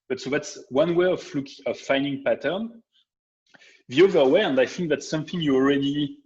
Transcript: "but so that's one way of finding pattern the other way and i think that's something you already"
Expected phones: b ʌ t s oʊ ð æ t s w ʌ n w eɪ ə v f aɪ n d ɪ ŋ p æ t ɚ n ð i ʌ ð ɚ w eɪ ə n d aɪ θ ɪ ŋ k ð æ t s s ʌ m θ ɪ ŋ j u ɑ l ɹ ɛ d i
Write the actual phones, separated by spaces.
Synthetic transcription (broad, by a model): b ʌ t s oʊ ð æ t s w ʌ n w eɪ ə v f aɪ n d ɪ ŋ p æ t ɚ n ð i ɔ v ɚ w eɪ ə n d aɪ θ ɪ ŋ k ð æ t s s ʌ m θ ɪ ŋ j u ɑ l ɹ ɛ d i